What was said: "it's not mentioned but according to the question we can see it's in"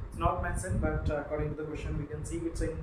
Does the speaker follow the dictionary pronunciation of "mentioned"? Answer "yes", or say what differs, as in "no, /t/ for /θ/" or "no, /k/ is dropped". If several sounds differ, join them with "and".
no, /s/ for /ʃ/